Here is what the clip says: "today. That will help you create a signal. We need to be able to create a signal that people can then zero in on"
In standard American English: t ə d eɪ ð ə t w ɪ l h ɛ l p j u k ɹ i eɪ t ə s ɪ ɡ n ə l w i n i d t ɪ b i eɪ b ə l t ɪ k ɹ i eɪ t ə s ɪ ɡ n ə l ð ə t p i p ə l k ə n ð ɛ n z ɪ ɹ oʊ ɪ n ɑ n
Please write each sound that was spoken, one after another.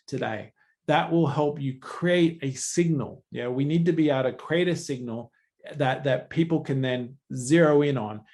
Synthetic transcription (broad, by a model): t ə d eɪ ð ə t w ɪ l h ɛ l p j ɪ k ɹ i eɪ t ə s ɪ ɡ n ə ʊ w i n i d t ɪ b i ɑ ə t ɪ k ɹ i eɪ t ə s ɪ ɡ n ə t ð ə t p i p l k ə n ð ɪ n z ɪ ɹ oʊ ɪ n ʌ n